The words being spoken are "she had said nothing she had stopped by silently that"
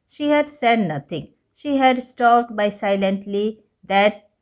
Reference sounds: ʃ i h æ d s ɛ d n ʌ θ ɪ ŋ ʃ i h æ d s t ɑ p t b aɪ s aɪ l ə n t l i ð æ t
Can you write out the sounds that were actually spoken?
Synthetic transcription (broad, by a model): ʃ i h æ d s ɛ d n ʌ t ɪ ŋ ʃ i h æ d s t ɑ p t b aɪ s aɪ l ə n t l i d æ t